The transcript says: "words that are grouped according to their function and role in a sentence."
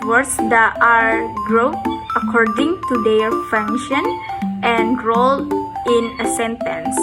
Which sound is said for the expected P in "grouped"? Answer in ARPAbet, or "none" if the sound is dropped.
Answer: none